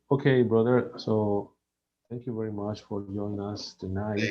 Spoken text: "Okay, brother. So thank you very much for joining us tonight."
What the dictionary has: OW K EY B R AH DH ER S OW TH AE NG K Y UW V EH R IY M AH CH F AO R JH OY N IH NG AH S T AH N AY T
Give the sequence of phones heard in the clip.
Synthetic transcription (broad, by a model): OW K EY B R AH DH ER S OW T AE NG K Y UW V EH R IY M AH CH F AO R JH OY IH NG AH S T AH N AY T